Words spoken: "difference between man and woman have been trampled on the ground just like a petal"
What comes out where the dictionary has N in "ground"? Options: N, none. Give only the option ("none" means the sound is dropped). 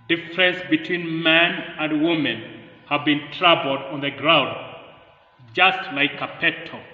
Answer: N